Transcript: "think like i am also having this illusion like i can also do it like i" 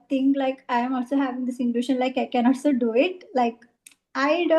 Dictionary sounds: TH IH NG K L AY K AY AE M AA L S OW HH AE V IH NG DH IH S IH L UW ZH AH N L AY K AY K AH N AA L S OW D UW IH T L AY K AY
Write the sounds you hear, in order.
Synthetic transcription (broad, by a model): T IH NG K L AY K AY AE M AA L S OW HH AE V IH NG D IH S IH N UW SH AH N L AY K AY K AH N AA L S OW D UW IH T L AY K AY